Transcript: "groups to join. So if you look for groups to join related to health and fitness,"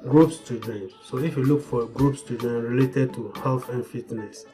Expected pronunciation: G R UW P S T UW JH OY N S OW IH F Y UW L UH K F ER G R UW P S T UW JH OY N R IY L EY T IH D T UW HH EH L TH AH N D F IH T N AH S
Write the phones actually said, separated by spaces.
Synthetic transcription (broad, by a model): G R UW P S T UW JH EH N S OW IH F Y UW L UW K F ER G R UW P S T UW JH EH N R IY L EY T IH D T UW HH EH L F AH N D F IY T N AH S